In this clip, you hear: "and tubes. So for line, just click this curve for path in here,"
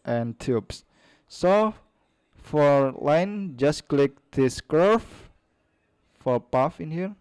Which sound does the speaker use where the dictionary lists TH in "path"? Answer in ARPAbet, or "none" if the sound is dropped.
F